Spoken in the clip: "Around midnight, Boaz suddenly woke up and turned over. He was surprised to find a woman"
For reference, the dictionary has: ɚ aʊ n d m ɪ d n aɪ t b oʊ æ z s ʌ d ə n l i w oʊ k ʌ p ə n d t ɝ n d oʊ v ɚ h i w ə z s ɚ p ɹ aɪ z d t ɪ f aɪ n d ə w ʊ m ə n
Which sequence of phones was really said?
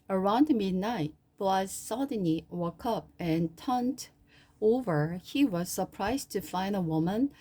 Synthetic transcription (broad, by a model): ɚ aʊ n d m ɪ d n aɪ t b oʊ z s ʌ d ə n i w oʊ k ʌ p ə n t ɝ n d oʊ v ɚ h i w ə z s ɚ p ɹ aɪ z t ɪ f aɪ n d ə w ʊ m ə n